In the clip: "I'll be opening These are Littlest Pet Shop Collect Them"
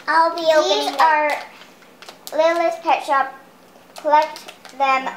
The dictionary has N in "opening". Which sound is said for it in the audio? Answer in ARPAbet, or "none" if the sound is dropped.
none